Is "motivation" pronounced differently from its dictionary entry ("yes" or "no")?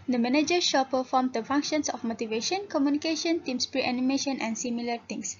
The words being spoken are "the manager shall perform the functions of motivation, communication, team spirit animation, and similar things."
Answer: no